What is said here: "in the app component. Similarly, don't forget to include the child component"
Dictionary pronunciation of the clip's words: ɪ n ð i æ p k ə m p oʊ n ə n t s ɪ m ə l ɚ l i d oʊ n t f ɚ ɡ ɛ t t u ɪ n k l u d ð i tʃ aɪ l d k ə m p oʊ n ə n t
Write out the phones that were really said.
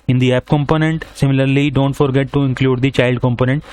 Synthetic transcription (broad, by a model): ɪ n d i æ p k ə m p oʊ n ə n t s ɪ m ə l ɚ l i d oʊ n t f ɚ ɡ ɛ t t u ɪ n k l u d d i tʃ aɪ l d k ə m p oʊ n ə n t